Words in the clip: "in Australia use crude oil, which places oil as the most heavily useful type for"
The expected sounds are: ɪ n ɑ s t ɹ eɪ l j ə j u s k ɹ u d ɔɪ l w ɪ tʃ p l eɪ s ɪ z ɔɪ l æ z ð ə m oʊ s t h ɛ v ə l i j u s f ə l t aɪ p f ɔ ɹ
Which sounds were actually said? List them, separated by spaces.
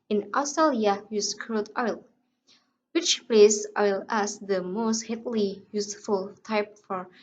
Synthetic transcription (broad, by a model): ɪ n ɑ s t ɹ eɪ l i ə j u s k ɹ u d ɔɪ l w ɪ tʃ p l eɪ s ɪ ɪ l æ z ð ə m oʊ s t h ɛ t l i j u s f ə l t aɪ p f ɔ ɹ